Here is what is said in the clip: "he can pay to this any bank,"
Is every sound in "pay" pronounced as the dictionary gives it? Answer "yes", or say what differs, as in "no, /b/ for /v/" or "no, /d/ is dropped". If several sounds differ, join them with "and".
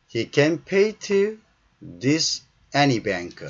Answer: yes